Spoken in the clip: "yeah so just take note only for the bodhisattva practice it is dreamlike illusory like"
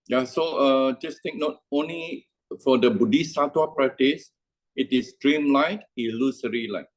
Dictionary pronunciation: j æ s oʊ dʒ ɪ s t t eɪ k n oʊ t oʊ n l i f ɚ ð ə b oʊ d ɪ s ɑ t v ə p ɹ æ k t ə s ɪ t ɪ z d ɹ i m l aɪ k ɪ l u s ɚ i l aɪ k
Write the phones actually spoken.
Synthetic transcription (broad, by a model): j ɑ s oʊ dʒ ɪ s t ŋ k n oʊ t oʊ n l i f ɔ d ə b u d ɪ s ɑ t w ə p ɹ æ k t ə s ɪ t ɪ s d ɹ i m l aɪ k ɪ l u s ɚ i l aɪ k